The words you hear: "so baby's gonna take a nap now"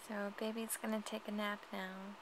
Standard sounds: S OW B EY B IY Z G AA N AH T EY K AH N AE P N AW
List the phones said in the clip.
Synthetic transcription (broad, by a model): S OW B EY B IY S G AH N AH T EY K AH N AE P N AW